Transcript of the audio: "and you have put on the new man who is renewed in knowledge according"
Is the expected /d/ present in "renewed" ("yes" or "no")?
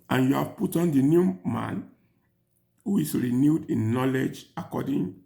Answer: yes